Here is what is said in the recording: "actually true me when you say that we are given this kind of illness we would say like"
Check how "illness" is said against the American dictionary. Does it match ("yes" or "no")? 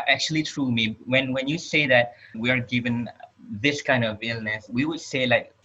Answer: yes